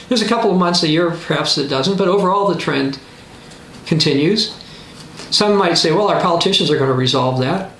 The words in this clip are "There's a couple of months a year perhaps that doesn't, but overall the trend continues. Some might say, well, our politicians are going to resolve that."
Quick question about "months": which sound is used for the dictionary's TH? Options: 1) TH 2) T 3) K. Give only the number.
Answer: 1